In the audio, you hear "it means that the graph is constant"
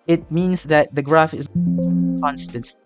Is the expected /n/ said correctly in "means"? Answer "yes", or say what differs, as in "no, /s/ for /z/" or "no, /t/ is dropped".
yes